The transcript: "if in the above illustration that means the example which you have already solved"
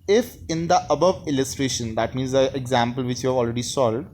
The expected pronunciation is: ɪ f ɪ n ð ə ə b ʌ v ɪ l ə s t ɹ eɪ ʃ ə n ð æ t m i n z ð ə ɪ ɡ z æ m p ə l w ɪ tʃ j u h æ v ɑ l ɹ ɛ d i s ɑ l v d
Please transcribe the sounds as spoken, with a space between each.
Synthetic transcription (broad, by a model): ɪ f ɪ n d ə ə b ʌ v ɪ l ə s t ɹ eɪ ʃ ə n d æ t m i n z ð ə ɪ ɡ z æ m p ə l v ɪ tʃ j u h æ v ɑ l ɹ ɛ d i s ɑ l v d